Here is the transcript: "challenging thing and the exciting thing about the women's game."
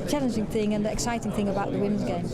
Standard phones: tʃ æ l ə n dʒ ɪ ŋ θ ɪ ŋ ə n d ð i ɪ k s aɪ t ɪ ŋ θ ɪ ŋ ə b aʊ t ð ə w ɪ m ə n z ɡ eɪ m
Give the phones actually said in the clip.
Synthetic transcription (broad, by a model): tʃ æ l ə n dʒ ɪ ŋ θ ɪ ŋ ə n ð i ɪ k s aɪ t ɪ ŋ θ ɪ ŋ ə b aʊ t ð ə w ɪ m ə n z ɡ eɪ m